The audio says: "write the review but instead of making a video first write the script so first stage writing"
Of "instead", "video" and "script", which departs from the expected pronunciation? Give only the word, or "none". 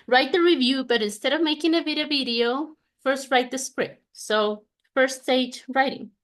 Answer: none